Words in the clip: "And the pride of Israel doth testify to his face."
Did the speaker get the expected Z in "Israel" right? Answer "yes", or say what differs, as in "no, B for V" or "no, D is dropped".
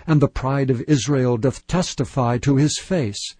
yes